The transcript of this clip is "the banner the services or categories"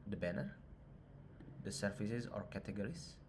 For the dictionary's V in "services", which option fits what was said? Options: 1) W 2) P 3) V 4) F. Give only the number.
4